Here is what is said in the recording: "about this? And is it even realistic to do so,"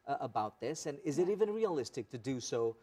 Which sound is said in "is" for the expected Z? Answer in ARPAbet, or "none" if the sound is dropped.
Z